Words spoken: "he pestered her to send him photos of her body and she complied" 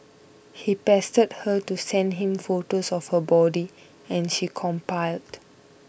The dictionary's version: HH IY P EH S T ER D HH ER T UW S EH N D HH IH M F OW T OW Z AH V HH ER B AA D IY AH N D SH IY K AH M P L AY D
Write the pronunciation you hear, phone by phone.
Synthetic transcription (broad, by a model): HH IY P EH S T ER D HH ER T UW S EH N D HH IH M F OW T OW S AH F HH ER B AA D IY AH N SH IY K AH M P AY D